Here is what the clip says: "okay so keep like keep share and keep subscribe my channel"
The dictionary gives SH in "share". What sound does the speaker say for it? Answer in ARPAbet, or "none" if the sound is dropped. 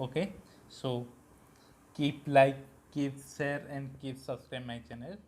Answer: S